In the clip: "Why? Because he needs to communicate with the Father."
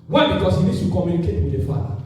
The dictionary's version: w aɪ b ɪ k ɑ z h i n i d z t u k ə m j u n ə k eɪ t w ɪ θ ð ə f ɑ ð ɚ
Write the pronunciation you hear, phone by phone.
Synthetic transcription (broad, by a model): w aɪ b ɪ k ɑ s h i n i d s t u k ə m j u n ə k eɪ t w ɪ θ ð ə f ɑ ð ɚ